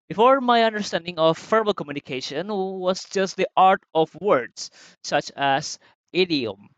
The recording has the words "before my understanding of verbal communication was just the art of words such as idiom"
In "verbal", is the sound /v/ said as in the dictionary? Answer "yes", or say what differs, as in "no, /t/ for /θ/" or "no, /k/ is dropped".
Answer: no, /f/ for /v/